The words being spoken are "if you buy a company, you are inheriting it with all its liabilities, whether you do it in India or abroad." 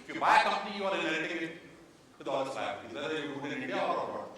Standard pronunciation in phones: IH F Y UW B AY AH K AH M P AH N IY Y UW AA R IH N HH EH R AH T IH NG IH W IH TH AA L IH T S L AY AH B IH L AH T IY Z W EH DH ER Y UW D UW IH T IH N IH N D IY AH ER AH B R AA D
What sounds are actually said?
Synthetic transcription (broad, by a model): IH F Y UW B AY AH K AH M P AH N IY Y UW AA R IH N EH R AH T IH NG IH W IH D AA L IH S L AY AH IH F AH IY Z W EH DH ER Y UW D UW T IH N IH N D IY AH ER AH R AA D